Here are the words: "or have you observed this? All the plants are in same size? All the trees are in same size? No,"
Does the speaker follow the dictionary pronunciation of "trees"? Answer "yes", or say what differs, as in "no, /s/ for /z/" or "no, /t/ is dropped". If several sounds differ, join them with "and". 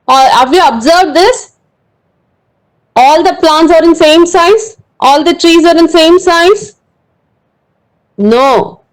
yes